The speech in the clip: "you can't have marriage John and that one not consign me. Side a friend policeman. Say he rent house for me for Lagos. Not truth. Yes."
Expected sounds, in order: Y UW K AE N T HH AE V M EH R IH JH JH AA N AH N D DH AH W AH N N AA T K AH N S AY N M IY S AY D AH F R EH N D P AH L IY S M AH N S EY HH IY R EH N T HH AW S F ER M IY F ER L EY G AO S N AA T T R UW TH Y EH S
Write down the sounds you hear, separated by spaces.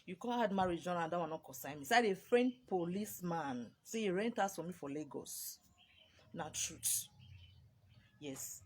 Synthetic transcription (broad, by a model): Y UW K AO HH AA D M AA R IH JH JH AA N AH N D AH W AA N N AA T K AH S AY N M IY S AY D AH F R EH N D P AH L IY S M AH N S EY HH IY R EH N T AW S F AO M IY F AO L EY G AO S N AA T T R UW T Y EH S